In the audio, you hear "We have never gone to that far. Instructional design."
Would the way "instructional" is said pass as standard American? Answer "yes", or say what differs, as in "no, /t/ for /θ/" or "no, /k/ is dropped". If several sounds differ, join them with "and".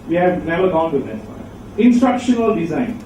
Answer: yes